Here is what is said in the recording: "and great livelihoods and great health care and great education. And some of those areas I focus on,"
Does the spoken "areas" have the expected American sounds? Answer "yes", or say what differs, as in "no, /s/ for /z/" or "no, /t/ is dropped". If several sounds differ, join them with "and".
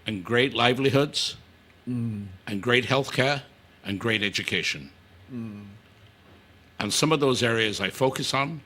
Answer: yes